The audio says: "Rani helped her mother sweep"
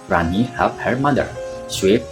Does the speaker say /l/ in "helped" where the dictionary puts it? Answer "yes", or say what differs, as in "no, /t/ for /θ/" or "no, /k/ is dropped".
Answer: no, /l/ is dropped